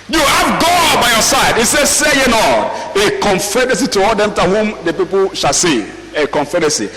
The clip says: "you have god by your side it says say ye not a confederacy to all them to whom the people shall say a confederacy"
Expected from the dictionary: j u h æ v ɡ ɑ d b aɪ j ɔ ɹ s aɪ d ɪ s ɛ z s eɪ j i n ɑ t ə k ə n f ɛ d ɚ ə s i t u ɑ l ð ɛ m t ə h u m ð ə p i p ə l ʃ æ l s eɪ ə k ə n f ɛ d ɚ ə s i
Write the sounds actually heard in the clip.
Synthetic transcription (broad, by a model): j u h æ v ɡ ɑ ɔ b aɪ j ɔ s aɪ d ɪ s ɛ s eɪ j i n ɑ ə k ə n f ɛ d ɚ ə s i t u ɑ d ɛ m t ə h u m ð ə p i p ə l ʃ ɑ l s eɪ ə k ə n f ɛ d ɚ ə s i